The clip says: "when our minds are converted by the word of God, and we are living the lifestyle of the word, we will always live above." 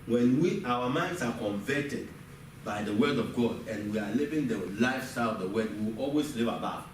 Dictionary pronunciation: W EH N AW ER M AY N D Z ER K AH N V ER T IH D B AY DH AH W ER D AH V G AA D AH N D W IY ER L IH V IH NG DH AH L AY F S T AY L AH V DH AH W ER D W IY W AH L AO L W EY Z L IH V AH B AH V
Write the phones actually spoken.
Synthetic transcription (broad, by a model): W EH N AW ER M AY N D S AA K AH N V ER T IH D B AY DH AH W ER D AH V G AA D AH N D W IY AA L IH V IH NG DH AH L AY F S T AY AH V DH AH W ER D W IY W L AO L W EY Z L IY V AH B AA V